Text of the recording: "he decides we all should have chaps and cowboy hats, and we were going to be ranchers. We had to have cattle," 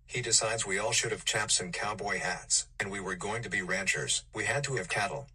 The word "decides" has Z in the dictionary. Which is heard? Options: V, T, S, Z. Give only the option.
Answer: Z